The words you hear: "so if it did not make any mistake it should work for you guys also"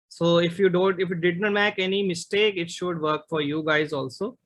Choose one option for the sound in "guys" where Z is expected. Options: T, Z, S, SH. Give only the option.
Z